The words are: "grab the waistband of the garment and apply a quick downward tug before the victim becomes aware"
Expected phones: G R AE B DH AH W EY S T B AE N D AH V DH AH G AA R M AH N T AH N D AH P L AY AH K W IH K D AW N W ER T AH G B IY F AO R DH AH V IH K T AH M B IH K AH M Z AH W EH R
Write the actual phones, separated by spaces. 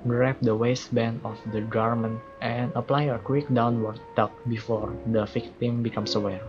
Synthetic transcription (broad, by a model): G R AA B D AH W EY S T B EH N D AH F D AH G AA R M AH N T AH N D AH P L AY AH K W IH K D AW N W ER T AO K B IY F AO R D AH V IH K T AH M B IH K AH M S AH W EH R